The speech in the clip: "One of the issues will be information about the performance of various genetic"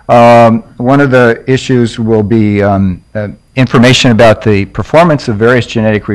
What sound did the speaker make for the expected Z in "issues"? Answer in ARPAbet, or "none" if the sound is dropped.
Z